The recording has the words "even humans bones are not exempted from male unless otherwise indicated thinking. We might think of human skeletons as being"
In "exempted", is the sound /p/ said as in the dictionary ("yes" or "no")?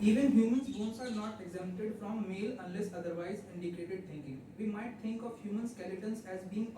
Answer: no